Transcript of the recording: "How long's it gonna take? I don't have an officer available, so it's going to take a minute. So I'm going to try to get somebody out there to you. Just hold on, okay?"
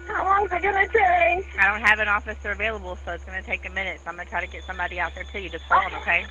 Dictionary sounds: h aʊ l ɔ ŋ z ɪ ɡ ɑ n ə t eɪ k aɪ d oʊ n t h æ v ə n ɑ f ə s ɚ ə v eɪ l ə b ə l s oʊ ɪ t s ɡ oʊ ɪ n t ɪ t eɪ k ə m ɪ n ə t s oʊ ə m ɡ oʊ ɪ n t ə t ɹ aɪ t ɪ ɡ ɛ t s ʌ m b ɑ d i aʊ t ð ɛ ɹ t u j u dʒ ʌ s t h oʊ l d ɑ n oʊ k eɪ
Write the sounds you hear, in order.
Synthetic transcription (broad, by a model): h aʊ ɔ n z ɪ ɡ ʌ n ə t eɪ aɪ d oʊ n t h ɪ v ə n ɑ f ə s ɚ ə v eɪ l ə b l s oʊ ɪ t s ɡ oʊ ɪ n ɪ t eɪ k ə m ɪ n ə t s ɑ ə m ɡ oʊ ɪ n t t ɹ aɪ t ɪ ɡ ɛ t s ʌ m b ɑ d i aʊ t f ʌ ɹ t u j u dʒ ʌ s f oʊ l ʌ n oʊ k eɪ